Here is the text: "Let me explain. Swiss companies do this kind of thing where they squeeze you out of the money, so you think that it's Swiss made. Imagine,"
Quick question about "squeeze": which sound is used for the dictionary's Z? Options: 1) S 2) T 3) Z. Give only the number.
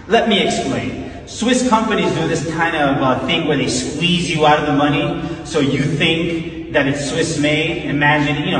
3